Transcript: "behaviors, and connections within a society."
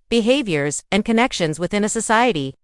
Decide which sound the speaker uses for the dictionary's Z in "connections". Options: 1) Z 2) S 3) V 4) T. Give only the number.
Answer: 1